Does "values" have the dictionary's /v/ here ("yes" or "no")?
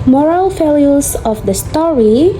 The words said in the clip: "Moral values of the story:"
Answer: no